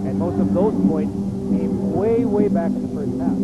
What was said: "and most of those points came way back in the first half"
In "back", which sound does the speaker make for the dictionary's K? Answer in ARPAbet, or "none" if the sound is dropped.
none